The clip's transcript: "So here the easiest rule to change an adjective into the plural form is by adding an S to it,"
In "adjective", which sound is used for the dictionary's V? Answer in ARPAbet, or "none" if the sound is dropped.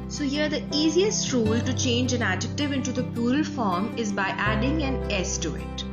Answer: V